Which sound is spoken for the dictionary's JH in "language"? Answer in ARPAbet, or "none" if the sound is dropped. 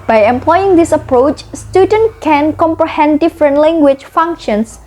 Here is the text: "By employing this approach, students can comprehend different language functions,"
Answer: CH